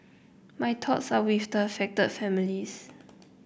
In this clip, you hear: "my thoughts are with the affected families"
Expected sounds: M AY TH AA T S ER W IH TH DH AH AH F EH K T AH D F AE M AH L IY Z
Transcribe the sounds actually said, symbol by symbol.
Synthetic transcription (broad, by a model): M AY T AA T S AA W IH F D AH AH F EH K T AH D F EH M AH L IY S